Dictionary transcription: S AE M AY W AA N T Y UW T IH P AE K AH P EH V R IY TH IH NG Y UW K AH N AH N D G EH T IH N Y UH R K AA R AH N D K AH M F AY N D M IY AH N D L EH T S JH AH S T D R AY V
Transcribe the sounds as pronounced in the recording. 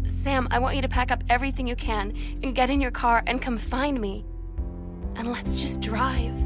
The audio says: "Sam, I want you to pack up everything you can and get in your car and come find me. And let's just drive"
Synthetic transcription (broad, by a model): S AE M AY W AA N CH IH T IH P AE K AH P EH V R IY TH IH NG Y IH K AH N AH N G EH T IH N Y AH R K AA R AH N K AH M F AY N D M IY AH N L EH T S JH AH S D R AY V